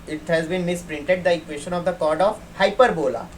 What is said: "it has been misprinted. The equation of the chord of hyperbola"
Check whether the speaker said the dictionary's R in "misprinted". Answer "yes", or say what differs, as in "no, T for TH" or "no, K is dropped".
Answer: yes